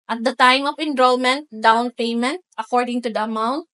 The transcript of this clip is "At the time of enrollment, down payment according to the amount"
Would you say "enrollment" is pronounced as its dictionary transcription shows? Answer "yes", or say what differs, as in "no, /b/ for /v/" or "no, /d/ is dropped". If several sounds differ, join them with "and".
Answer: yes